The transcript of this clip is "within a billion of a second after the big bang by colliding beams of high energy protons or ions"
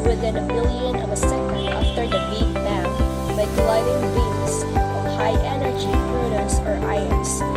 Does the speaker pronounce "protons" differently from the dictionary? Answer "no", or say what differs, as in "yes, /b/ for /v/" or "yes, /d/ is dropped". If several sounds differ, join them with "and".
yes, /n/ is dropped